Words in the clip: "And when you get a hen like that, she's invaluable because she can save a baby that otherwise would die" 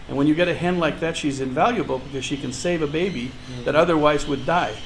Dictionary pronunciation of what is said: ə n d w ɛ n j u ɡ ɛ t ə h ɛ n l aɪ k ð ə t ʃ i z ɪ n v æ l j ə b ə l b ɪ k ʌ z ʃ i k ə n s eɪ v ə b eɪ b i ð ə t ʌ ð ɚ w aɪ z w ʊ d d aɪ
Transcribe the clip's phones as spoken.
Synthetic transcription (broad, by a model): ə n w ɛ n j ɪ ɡ ɛ t ə h ɛ n l aɪ k ð ə t ʃ i z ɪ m v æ l j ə b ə l b ɪ k ʌ z ʃ i k ə n s eɪ v ə b eɪ b i ð ə t ʌ ð ɚ w aɪ z w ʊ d d aɪ